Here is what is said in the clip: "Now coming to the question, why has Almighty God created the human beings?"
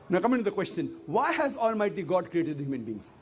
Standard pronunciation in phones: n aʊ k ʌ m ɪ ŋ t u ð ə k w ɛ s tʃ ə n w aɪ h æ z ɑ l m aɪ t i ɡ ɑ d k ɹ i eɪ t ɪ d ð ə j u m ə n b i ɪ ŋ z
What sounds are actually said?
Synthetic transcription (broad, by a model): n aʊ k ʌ m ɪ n t u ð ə k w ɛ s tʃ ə n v aɪ h æ z ɑ l m aɪ t i ɡ ɑ d k ɹ i eɪ t ɪ d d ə j u m ə n b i ŋ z